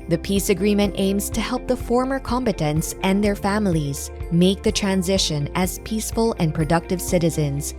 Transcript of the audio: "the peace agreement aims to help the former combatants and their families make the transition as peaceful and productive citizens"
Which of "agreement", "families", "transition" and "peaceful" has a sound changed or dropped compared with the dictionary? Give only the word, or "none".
none